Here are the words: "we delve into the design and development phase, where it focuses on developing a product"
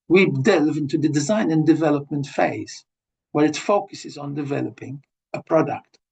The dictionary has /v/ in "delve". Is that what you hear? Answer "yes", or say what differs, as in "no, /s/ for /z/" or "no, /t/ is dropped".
yes